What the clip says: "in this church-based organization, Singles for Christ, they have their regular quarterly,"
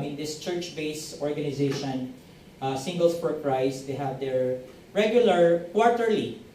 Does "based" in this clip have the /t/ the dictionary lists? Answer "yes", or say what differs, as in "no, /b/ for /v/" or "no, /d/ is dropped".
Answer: no, /t/ is dropped